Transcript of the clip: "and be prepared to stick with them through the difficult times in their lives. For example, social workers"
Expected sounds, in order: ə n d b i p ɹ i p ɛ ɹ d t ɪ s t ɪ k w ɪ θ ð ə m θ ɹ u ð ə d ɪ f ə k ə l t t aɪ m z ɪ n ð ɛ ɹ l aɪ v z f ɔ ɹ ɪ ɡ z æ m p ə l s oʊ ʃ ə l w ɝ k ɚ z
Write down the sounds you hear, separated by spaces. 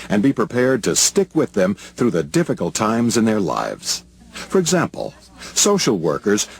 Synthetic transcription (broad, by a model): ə n b i p ɹ i p ɛ ɹ d t ɪ s t ɪ k w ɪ ð ə m θ ɹ u ð ə d ɪ f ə k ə l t t aɪ m z ɪ n ð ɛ ɹ l aɪ v z f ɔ ɹ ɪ ɡ z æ m p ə l s oʊ ʃ l w ɝ k ɚ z